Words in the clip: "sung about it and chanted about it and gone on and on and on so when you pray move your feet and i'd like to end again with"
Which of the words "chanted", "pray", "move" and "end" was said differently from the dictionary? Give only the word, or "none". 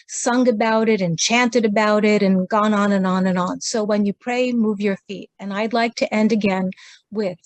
none